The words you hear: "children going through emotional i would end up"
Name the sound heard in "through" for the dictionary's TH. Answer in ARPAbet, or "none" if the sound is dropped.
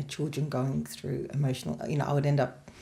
TH